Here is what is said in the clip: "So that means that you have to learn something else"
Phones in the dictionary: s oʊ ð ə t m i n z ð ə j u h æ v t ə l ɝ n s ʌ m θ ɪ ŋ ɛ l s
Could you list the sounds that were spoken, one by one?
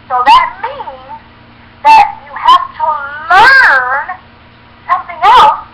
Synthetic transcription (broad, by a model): s oʊ ð ə t m i n z ð ə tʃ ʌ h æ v t ə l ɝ n s ʌ m θ ɪ ŋ ɛ l s